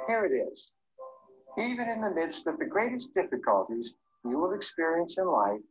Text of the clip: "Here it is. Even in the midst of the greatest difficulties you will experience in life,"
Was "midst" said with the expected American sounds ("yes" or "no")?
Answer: yes